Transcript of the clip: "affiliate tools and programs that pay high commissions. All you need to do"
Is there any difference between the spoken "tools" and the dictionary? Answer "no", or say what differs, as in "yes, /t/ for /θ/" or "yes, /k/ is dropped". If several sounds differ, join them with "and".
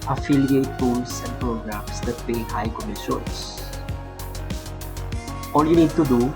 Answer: yes, /s/ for /z/